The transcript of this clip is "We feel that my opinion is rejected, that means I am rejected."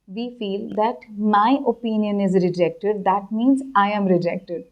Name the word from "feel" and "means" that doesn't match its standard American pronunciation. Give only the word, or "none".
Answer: none